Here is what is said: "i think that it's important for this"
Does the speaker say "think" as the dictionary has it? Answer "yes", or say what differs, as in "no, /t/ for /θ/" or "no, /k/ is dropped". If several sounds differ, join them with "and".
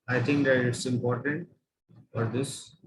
no, /t/ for /θ/